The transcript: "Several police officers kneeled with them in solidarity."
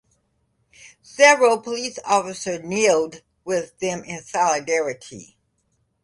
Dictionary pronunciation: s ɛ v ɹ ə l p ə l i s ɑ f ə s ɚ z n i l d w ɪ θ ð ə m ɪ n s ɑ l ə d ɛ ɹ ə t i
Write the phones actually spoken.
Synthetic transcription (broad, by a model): s ɛ v ɹ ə l p ə l i s ɑ f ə s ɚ n i l d w ɪ ð ə m ɪ n s ɑ l ə d ɛ ɹ ə t i